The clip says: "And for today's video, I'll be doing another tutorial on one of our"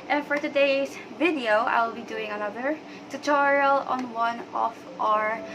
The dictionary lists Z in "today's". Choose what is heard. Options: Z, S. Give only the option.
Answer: S